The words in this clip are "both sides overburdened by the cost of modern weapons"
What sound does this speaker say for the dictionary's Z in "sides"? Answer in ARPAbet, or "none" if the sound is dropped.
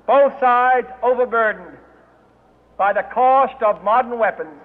Z